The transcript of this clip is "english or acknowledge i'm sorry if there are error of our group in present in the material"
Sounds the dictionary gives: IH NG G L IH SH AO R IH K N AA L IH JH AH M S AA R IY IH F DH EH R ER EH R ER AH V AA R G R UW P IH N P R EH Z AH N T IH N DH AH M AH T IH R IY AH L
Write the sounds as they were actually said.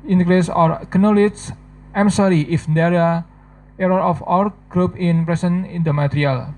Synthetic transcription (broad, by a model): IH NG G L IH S AO R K N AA L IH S AH M S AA R IY IH F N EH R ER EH R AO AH F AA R G R UW P IH N P R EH S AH N IH N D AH M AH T R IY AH L